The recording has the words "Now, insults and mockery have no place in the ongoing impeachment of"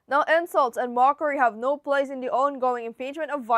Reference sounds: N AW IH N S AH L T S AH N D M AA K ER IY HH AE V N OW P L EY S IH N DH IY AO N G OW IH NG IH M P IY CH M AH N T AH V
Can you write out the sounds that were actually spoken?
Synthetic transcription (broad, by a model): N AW IH N S AH L T S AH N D M AA K ER IY HH AE V N OW P L EY S IH N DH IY AO N G OW IH NG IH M P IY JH M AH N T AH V